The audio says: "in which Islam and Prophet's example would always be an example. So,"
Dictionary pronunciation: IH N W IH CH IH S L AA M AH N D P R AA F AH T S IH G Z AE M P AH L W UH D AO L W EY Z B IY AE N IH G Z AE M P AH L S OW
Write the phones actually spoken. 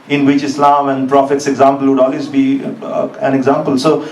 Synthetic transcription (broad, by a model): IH N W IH CH IH S L AA M AH N D P R AA F AH T S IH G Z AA M P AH L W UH D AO L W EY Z B IY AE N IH G Z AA M P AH L S OW